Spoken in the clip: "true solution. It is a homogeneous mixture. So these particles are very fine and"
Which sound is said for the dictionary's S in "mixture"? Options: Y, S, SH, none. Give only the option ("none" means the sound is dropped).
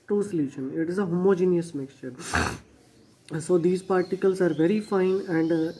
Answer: S